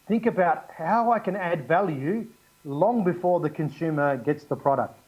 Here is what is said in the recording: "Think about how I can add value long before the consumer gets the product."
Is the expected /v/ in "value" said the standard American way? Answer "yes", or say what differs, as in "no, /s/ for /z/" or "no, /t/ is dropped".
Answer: yes